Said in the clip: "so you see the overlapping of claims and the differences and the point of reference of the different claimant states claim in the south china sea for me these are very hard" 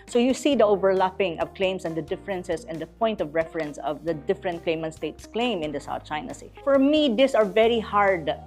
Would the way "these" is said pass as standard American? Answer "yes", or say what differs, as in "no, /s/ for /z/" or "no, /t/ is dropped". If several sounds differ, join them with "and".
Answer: no, /s/ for /z/